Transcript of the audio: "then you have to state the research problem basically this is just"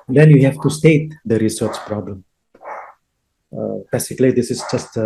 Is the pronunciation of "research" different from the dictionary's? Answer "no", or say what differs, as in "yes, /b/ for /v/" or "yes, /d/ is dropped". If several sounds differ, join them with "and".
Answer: no